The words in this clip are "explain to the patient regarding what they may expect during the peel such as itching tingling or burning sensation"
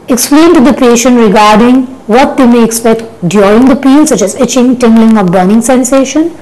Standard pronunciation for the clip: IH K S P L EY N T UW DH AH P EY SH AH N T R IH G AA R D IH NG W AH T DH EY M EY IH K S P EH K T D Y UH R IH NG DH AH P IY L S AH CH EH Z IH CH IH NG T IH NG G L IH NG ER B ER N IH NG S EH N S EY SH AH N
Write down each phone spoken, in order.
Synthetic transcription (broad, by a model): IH K S P L EY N T UW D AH P EY SH AH N T R IH G AA R D IH NG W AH T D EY M EY IH K S P EH K T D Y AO IH NG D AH P IY L S AH CH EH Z IH CH IH NG T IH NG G L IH NG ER B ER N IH NG S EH N S EY SH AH N